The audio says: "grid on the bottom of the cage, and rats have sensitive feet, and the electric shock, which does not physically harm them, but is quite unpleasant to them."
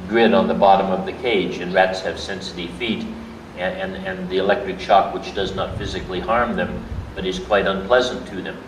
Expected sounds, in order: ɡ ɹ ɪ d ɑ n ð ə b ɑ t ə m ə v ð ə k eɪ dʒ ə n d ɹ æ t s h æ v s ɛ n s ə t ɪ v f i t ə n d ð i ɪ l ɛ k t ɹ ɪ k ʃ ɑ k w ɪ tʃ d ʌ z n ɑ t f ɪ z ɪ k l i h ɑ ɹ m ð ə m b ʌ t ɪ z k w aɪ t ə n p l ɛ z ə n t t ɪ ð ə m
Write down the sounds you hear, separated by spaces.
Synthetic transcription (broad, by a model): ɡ ɹ ɪ d n ð ə b ɑ t ə m ə v ð ə k eɪ dʒ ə n ɹ æ t s h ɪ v s ɛ n s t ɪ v f i t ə n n ð i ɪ l ɛ k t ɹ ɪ k ʃ ɑ k w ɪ tʃ d ʌ z n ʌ t f ɪ z ɪ k l i h ɑ ɹ m ð ə m b ʌ t ɪ z k w aɪ t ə n p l ɛ z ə n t t ɪ ð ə m